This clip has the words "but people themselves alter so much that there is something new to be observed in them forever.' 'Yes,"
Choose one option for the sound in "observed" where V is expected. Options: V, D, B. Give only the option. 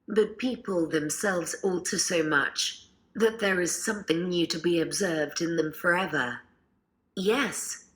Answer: V